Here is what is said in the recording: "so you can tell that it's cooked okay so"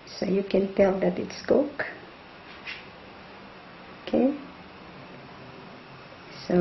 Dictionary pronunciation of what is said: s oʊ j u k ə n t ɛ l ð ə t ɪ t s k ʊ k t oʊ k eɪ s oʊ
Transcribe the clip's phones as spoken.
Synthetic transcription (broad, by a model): s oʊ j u k ə n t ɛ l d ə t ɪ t s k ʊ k oʊ k eɪ s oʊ